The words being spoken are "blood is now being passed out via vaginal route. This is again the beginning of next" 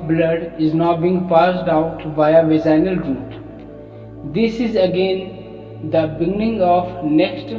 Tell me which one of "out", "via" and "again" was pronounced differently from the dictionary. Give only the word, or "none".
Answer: via